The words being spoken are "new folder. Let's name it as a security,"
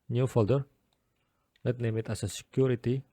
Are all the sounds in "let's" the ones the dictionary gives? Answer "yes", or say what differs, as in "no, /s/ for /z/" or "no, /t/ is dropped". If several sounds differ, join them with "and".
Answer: no, /s/ is dropped